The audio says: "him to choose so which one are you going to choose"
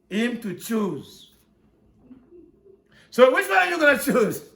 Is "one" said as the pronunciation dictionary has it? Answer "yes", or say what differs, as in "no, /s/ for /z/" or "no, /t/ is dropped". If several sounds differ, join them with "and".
no, /n/ is dropped